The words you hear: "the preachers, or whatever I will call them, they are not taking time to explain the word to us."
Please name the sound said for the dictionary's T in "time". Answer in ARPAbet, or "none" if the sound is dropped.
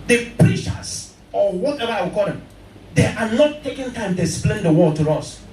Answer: T